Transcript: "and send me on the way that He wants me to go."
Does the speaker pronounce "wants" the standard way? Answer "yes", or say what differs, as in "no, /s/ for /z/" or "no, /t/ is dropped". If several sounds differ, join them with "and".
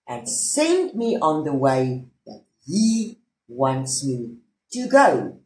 yes